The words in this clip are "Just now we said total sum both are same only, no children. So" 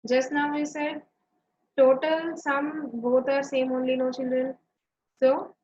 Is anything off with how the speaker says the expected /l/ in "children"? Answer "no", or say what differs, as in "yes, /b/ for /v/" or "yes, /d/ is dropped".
yes, /n/ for /l/